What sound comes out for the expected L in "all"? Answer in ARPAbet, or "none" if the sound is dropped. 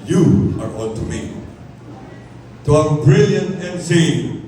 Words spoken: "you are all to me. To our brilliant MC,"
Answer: N